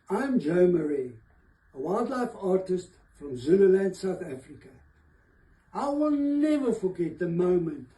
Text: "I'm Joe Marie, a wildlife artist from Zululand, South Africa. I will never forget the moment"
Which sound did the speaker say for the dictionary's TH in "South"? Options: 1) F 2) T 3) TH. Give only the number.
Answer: 3